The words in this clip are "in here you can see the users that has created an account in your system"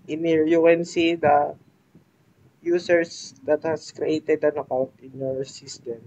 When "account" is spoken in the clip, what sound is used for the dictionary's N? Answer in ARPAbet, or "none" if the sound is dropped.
none